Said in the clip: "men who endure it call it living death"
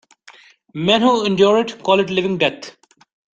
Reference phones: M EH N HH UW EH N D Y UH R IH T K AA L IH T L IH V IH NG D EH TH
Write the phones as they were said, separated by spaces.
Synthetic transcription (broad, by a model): M EH N HH UW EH N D Y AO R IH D K AA L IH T L IH V IH NG D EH T